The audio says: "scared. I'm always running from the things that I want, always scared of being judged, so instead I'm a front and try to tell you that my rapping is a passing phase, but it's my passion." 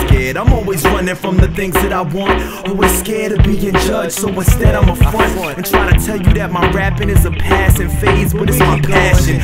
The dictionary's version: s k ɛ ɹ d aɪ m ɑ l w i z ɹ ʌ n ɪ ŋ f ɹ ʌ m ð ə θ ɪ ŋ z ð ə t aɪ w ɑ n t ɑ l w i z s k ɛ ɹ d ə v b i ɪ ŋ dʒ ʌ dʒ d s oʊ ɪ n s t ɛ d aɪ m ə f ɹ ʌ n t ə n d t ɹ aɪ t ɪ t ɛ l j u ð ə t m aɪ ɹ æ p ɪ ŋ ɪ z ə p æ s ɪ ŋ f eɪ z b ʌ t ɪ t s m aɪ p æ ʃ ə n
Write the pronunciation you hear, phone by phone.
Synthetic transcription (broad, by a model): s k ɛ ɹ d aɪ m ɑ l w i z ɹ ʌ n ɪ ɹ f ɹ ʌ m ð ə θ ɪ ŋ z ð ə t aɪ w ɑ n t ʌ w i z s k ɛ ɹ d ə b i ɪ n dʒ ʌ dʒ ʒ s oʊ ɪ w s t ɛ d aɪ m ə f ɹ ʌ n ə n t ɹ aɪ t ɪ t ɛ l j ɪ ð ə t m aɪ ɹ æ p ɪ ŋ ɪ z ə p æ s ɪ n f eɪ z b ʌ t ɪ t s m aɪ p æ ʃ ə n